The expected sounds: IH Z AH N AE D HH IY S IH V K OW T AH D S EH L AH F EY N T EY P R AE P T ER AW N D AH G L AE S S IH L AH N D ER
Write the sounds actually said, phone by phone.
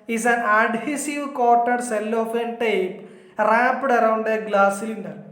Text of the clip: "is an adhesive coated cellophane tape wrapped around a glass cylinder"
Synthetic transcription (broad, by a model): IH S AH N AE D HH IY S IH V K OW T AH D S EH L AH F EY N T EY P R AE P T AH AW N D AH G L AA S S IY L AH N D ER